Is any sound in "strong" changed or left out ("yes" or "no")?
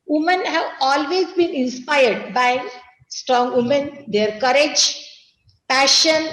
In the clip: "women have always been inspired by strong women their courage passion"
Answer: no